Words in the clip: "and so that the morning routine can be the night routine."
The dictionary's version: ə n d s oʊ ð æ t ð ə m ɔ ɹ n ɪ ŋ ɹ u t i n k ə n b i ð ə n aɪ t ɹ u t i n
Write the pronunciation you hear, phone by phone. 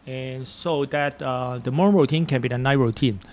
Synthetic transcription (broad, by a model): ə n s oʊ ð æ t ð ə m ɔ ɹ ɪ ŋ ɹ u t i n k ə n b i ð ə n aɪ ɹ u t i n